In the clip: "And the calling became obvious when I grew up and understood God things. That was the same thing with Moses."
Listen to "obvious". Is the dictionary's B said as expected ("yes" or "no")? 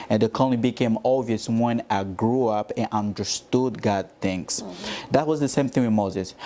no